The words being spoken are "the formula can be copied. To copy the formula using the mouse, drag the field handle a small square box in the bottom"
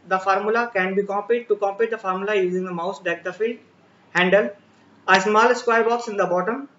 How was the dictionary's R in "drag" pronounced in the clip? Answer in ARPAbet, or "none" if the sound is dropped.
none